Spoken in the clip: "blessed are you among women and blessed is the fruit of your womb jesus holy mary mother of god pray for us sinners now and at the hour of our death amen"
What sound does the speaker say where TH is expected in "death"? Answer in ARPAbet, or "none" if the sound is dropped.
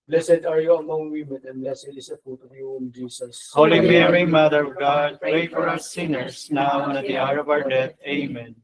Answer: T